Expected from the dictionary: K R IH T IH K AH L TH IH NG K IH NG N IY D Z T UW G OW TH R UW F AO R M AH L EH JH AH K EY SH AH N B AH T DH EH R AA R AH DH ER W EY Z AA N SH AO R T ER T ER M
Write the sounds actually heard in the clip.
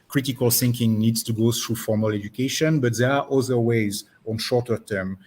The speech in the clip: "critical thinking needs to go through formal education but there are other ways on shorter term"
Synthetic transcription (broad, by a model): K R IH T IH K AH L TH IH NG K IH NG N IY D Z T UW G OW TH R UW F AO R M AH L EH JH AH K EY SH AH N B AH T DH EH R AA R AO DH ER W EY Z AA N SH AO R T ER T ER M